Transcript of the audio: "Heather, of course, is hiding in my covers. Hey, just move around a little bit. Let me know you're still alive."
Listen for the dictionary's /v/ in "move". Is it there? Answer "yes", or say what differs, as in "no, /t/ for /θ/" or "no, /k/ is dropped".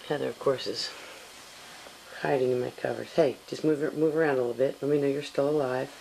yes